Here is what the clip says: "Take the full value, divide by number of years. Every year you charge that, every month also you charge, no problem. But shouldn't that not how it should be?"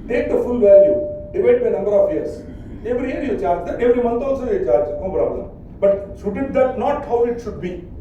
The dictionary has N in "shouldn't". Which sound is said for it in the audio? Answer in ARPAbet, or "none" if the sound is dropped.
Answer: none